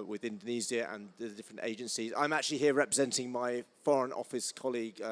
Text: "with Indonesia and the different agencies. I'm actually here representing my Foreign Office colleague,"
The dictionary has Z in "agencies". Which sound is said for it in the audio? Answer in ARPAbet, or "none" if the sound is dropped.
Z